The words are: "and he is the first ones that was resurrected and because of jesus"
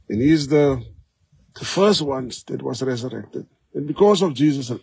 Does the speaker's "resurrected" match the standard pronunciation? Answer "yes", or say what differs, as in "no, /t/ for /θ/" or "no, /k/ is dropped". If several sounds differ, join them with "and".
yes